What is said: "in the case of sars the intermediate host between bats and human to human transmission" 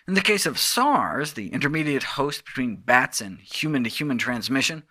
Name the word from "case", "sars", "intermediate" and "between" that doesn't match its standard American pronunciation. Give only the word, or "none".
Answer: none